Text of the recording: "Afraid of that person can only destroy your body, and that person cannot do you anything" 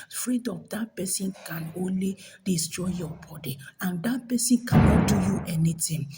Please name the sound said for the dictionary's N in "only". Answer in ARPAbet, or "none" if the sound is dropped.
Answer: N